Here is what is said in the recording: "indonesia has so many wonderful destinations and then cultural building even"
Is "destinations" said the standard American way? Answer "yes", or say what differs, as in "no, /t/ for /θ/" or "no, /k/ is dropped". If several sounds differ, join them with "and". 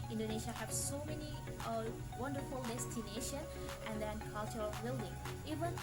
no, /z/ is dropped